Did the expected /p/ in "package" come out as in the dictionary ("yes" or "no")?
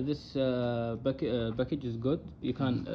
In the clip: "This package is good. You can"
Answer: no